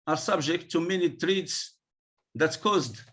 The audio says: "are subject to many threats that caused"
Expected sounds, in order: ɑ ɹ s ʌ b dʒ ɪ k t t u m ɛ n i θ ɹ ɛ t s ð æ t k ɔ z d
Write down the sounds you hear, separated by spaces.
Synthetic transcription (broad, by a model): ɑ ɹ s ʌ b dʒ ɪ k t t u m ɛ n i t ɹ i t s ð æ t k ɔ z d